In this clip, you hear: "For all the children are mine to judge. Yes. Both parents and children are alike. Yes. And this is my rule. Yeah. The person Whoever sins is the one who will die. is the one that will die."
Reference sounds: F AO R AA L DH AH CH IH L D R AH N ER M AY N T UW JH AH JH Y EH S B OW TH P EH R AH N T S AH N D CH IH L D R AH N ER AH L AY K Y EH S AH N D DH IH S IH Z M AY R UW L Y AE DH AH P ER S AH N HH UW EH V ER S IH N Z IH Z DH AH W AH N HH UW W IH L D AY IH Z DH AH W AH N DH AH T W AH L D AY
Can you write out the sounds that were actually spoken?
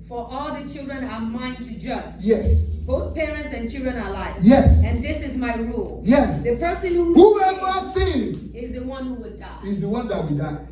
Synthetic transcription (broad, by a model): F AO R AA L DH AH CH IH L D R AH N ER M AY N T UW JH AH JH Y EH S B OW TH P EH R AH N T S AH N CH IH L D R AH N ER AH L AY Y EH S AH N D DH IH S IH Z M AY R UW L Y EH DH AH P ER S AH N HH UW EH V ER S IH Z IH Z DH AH W AH N HH UW W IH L D AY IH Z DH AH W AH N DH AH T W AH D AY